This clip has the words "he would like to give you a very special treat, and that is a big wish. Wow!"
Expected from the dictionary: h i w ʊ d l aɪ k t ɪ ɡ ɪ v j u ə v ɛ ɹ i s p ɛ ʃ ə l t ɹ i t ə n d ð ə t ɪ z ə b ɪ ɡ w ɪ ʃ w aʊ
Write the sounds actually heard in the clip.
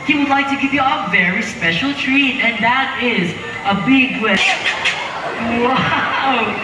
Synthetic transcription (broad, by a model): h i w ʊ d l aɪ k t ɪ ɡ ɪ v j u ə v ɛ ɹ i s p ɛ ʃ ə l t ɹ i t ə n ð ə t ɪ z ə b ɪ ɡ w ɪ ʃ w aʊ